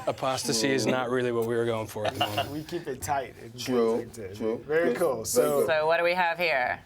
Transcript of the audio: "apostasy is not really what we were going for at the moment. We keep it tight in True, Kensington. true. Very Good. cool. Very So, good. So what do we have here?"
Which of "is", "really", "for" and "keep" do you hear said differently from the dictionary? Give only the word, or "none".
none